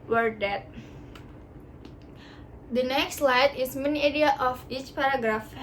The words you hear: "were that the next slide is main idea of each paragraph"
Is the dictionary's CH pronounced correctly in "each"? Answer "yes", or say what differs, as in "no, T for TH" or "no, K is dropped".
yes